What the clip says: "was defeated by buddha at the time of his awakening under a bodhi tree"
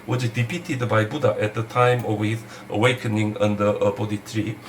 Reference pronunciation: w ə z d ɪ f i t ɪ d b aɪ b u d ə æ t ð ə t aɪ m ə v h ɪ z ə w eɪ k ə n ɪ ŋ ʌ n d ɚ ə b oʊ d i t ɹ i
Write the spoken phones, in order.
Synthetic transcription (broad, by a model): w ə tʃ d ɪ p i t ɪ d b aɪ b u d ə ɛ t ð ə t aɪ m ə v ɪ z ə w eɪ k ə n ɪ ŋ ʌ n d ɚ ə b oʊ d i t ɹ i